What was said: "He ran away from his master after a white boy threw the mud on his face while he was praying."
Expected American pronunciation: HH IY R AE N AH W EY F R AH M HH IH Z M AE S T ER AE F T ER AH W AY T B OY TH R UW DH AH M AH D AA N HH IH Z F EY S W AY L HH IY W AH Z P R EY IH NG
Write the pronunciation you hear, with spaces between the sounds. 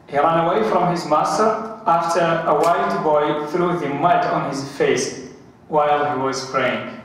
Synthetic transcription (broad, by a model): HH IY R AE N AH W EY F R AH M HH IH Z M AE S T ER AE F T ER AH W AY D B OY TH R UW DH AH M AH D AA N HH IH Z F EY S W AY L HH IY W AH Z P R EY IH NG